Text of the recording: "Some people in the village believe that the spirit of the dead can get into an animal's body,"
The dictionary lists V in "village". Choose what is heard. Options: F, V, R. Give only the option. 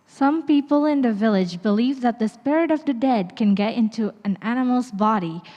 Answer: V